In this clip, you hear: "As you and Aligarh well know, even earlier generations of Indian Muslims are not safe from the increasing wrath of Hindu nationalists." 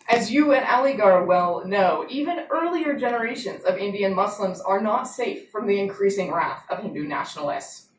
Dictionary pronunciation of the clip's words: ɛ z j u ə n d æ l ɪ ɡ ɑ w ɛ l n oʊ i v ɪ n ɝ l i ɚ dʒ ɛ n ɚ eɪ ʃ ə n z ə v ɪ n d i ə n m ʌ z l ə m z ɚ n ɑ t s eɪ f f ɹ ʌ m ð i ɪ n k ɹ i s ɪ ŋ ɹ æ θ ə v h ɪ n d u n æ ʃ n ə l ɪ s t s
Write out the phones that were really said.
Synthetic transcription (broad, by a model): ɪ z j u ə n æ l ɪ ɡ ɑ w ɛ l n oʊ i v ɪ n ɝ l i ɚ dʒ ɛ n ɚ eɪ ʃ ə n z ə v ɪ n d i ə n m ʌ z l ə m z ɚ n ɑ t s eɪ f f ɹ ʌ m ð i ɪ n k ɹ i s ɪ ŋ ɹ æ θ ə v h ɪ n d u n æ ʃ n l ɪ s t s